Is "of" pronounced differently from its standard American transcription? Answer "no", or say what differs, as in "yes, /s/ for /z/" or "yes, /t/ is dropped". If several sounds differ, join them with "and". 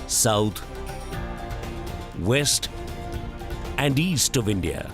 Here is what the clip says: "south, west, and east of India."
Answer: no